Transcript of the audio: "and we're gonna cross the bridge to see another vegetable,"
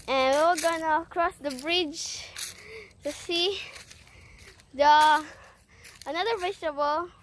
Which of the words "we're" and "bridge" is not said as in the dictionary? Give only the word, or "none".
we're